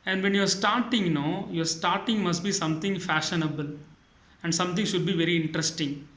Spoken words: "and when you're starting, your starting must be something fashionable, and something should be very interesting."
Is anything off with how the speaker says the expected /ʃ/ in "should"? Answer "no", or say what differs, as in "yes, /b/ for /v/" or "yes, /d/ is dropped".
no